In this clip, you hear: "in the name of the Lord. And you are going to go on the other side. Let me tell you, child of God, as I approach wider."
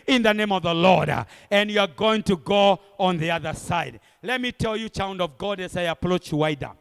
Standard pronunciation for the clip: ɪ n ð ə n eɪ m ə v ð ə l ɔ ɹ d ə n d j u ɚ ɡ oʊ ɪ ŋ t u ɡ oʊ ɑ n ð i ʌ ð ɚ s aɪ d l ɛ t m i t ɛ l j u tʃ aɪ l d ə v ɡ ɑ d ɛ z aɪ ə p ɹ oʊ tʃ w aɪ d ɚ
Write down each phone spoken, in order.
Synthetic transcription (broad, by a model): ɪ n ð ə n eɪ m ə v ð ə l ɔ ɹ d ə n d j u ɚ ɡ oʊ ɪ ŋ t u ɡ oʊ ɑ n ð i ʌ ð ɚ s aɪ d l ɛ t m i t ɛ l j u tʃ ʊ n d ə v ɡ ɑ d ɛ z aɪ ə p ɹ oʊ tʃ w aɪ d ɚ